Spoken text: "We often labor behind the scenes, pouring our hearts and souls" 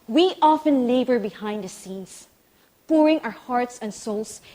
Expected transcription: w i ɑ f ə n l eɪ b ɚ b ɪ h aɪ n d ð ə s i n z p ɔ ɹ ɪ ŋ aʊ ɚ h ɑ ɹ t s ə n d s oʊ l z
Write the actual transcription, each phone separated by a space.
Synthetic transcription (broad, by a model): w i ɑ f ə n l eɪ b ɚ b ɪ h aɪ n d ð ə s i n s p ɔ ɹ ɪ ŋ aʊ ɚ h ɑ ɹ t s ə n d s oʊ l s